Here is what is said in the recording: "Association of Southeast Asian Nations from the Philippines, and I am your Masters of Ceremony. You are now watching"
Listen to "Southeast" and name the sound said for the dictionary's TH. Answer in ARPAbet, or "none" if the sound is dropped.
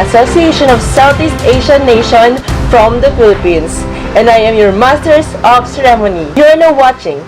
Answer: T